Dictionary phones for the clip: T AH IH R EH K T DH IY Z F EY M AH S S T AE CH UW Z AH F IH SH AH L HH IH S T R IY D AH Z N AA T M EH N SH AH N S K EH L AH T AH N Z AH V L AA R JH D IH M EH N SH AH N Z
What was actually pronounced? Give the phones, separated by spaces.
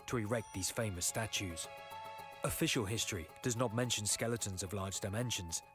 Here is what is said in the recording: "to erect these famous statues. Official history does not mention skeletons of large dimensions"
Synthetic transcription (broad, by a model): T AH IH R EH K T DH IY Z F EY M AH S S T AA CH UW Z AH F IH SH AH L HH IH S T R IY D AH Z N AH T M EH N SH AH N S K EH L AH T AH N Z AH V L AA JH D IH M EH N SH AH N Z